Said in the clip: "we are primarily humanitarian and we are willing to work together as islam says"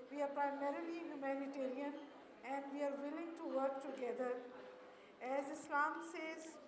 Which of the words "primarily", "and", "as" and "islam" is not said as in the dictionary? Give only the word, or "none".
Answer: none